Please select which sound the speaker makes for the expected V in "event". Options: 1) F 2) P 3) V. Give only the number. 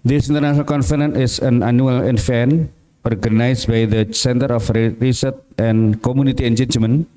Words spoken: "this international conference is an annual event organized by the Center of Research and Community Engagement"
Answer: 1